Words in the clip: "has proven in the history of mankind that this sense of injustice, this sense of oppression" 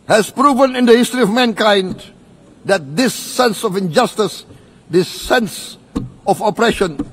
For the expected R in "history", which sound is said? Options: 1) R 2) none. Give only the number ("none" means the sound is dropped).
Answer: 1